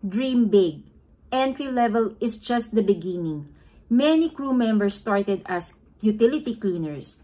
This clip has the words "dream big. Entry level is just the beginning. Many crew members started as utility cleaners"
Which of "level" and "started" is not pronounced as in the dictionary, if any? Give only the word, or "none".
none